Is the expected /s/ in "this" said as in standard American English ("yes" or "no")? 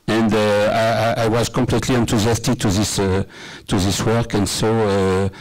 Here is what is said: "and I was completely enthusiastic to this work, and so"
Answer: yes